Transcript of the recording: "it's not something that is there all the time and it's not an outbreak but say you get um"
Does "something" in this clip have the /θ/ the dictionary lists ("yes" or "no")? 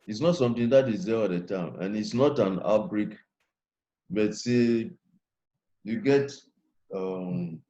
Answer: no